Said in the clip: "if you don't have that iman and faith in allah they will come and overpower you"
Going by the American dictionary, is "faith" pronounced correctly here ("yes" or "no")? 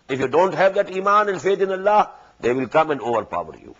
no